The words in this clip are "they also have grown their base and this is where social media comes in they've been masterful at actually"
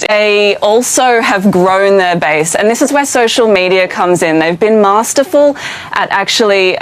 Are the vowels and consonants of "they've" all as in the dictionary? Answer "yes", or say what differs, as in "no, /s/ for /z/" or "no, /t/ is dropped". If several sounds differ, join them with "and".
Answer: yes